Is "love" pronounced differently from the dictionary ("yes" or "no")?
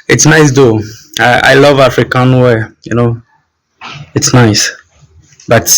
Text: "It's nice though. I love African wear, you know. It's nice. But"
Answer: no